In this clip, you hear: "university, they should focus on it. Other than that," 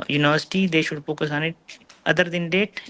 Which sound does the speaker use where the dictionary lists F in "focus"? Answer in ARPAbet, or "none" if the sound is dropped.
P